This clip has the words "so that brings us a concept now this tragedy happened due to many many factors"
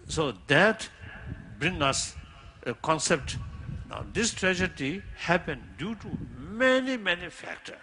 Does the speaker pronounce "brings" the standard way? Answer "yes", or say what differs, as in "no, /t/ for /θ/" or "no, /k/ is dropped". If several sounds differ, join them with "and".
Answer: no, /z/ is dropped